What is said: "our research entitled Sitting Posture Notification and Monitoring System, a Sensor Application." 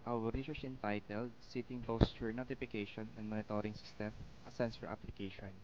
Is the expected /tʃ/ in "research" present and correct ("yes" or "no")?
no